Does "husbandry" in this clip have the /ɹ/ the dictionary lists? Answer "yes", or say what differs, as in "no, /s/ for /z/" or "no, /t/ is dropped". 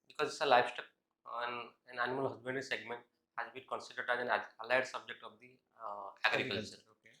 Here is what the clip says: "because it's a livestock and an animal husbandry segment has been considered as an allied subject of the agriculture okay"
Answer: no, /ɹ/ is dropped